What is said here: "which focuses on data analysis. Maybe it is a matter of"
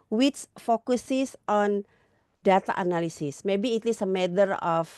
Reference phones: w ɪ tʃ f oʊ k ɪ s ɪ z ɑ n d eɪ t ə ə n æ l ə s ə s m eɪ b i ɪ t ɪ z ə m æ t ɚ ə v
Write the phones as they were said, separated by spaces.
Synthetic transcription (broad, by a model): w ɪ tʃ f oʊ k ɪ s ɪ s ɑ n d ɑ t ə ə n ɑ l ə s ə s m eɪ b i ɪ t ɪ s ə m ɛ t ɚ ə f